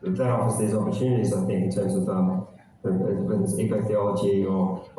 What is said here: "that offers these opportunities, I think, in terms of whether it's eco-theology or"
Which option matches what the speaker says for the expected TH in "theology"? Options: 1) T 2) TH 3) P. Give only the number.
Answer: 2